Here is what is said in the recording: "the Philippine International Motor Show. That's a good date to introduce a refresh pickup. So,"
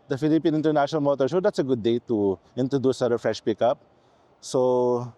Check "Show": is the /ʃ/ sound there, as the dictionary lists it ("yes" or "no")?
no